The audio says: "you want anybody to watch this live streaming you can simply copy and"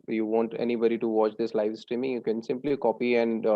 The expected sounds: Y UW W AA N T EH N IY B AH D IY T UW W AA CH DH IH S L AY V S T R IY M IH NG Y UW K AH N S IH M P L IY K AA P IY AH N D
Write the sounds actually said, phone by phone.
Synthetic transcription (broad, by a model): Y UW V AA N T EH N IY B AH D IY T UW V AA CH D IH S L AY V S T R IY M IH NG Y UW K AH N S IH M P L IY K AA P IY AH N D